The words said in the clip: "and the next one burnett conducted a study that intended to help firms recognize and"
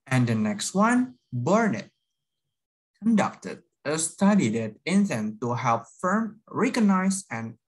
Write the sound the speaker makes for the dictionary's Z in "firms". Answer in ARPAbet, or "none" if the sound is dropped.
none